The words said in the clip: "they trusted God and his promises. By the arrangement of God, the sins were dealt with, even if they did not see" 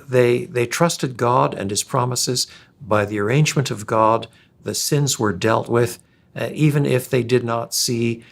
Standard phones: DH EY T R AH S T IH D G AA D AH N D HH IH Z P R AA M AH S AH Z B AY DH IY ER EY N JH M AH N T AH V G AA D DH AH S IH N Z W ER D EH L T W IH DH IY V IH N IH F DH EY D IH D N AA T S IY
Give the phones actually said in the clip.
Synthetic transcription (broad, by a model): DH EY T R AH S T IH D G AA D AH N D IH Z P R AA M AH S AH Z B AY DH IY ER EY N JH M AH N T AH V G AA D DH AH S IH N Z W ER D EH L T W IH DH IY V IH N IH F DH EY D IH D N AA T S IY